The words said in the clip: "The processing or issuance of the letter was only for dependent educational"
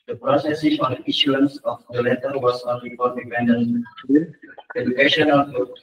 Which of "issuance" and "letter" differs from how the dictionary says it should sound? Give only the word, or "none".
none